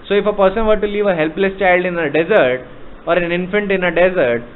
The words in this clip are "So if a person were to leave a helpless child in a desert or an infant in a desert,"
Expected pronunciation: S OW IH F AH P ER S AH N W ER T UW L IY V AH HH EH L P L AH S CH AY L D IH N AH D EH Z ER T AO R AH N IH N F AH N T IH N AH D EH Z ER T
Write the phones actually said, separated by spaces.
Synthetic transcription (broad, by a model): S OW IH F AH P ER S AH N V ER T UW L IY V AH HH EH L P L AH S CH AY L D IH N AH D EH Z ER T AO R AH N IH N F AH N T IH N AH D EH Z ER T